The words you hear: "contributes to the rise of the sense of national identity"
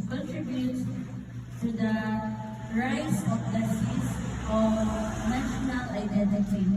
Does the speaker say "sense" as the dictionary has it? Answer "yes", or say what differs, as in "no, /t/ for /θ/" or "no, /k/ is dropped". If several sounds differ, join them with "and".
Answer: no, /n/ is dropped